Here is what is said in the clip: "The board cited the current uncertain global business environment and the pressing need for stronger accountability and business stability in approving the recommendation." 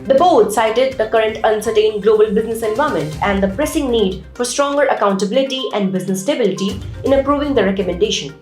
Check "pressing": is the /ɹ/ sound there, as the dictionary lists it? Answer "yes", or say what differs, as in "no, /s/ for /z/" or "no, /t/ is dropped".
yes